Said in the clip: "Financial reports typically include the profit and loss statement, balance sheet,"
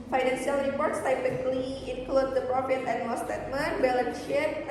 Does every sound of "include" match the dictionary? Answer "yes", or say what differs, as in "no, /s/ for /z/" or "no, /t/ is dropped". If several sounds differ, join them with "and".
yes